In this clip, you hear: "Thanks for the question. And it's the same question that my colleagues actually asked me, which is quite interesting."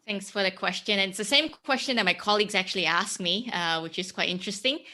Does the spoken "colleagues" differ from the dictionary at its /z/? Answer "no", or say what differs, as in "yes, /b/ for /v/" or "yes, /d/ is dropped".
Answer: no